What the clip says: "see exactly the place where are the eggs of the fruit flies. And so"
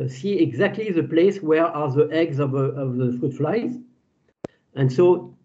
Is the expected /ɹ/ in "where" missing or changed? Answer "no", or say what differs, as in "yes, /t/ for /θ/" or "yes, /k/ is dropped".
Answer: no